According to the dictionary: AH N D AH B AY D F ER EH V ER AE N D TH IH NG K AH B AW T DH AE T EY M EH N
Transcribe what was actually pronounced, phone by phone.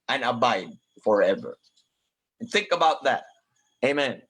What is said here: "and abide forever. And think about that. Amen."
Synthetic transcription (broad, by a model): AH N AH B AY D F ER EH V ER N TH IH NG K AH B AW T DH AE T EY M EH N